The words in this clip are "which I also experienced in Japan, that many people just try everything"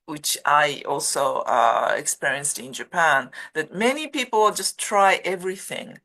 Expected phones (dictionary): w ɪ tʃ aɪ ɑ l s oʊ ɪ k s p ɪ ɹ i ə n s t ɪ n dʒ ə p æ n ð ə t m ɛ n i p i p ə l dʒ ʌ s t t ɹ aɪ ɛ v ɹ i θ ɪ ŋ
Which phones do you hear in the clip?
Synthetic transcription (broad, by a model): w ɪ tʃ aɪ ɑ l s oʊ ɪ k s p ɪ ɹ i ə n s t ɪ n dʒ ə p æ n ð ə t m ɛ n i p i p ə l dʒ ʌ s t t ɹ aɪ ɛ v ɹ i θ ɪ ŋ